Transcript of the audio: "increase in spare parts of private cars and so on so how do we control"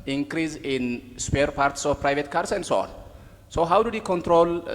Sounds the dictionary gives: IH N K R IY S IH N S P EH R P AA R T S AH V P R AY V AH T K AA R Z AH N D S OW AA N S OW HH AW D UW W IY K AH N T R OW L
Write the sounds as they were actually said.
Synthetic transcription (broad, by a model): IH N K R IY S IH N S P EH R P AA R T S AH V P R AY V AH T K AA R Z AH N D S OW AA N S OW HH AW D UW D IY K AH N T R OW L